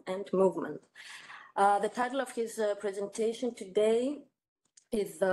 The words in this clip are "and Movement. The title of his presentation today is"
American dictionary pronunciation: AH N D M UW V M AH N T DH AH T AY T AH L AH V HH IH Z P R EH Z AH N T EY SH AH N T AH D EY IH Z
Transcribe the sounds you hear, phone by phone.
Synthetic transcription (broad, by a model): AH N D M UW V M AH N T DH AH T AY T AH L AH V HH IH Z P R EH Z AH N T EY SH AH N T AH D EY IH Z